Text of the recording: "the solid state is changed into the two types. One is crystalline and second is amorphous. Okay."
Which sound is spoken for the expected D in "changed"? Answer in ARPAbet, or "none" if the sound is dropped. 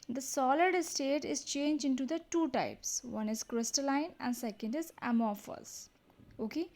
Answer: none